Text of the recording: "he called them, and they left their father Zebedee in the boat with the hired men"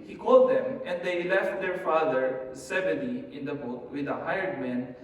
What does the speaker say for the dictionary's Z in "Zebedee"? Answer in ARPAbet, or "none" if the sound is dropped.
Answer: S